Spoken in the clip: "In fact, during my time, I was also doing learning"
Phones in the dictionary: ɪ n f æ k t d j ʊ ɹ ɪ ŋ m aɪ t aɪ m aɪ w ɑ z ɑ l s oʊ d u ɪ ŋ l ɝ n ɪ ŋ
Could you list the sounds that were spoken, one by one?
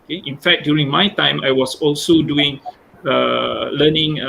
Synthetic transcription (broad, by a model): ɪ n f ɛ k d j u ɹ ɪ ŋ m aɪ t aɪ m aɪ w ɑ s ɑ l s oʊ d u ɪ ŋ l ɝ n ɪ ŋ